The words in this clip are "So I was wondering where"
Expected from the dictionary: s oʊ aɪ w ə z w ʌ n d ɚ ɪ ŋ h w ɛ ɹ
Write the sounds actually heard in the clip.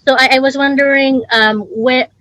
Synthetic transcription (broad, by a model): s oʊ aɪ w ə z w ʌ n d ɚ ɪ ŋ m w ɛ